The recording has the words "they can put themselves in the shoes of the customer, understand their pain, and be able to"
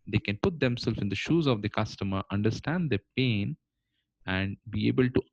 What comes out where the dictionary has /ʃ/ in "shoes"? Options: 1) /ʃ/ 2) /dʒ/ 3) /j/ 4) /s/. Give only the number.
1